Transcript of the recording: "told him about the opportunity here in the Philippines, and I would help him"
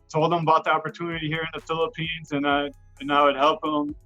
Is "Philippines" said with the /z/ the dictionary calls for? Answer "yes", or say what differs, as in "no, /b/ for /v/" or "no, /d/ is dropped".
yes